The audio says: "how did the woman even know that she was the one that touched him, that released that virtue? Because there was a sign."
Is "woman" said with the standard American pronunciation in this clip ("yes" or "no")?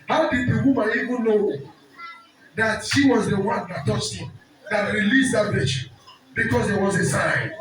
no